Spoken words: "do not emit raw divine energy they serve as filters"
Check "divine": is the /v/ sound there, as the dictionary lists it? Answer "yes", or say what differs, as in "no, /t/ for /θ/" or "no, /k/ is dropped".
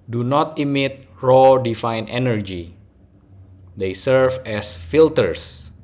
no, /f/ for /v/